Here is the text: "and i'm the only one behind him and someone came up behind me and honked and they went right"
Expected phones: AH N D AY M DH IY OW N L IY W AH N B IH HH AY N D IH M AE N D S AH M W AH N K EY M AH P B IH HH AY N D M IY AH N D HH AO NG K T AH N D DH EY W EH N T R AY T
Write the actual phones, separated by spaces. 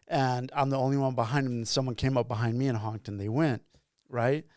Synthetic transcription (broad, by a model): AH N AY M DH IY OW N L IY W AH N B IH HH AY N D IH M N S AH M W AH N K EY M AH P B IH HH AY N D M IY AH N HH AO NG K T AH N DH EY W EH N T R AY T